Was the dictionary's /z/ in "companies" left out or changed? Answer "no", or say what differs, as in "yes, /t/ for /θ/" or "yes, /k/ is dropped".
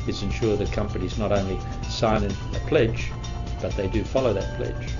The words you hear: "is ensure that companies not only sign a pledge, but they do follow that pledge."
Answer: no